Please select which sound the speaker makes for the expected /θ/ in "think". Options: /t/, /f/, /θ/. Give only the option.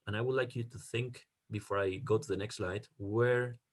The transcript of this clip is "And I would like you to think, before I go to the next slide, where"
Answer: /θ/